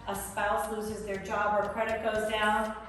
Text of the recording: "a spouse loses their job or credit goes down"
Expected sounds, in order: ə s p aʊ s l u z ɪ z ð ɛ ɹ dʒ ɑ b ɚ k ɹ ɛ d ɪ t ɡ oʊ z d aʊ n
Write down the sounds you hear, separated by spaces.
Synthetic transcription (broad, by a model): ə s p aʊ s l u z ɪ z ð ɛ ɹ dʒ ɑ b ɚ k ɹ ɛ d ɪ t ɡ oʊ z d aʊ n